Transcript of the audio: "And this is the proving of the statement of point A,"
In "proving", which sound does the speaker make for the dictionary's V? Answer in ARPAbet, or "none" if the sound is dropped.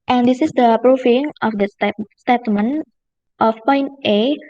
F